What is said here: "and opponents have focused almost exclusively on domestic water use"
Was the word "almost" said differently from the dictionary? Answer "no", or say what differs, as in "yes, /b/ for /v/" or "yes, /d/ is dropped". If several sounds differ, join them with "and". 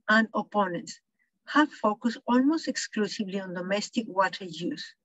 no